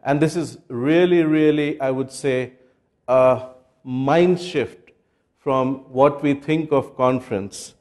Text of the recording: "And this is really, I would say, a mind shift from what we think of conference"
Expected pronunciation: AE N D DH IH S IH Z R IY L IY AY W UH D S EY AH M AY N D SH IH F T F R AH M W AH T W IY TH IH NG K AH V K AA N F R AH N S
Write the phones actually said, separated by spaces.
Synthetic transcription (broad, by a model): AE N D IH S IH Z R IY L IY AY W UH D S EY AH M AY N D SH IH F T F R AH M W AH T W IY T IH NG K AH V K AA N F R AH N S